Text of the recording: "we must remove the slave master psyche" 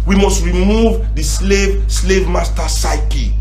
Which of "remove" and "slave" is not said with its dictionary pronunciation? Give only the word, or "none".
none